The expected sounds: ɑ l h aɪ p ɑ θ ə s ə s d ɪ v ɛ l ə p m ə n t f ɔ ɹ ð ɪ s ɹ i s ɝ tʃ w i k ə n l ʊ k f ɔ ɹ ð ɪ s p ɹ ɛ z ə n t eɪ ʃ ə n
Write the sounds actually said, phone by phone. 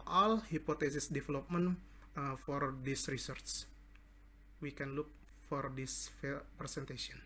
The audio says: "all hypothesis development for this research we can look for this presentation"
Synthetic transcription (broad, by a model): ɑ l h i p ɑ t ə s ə s d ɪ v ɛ l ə p m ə n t f ɔ ɹ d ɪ s ɹ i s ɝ s w i k ə n l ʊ k f ɔ ɹ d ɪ s p ɹ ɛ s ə n t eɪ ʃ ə n